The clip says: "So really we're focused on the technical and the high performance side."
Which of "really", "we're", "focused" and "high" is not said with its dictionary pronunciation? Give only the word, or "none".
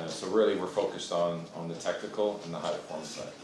none